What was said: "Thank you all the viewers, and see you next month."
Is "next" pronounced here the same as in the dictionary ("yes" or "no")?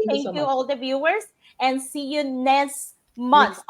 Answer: no